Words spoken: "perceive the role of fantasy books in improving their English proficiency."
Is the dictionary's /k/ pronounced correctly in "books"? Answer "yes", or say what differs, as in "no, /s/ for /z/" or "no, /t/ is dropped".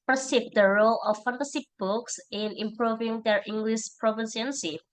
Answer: yes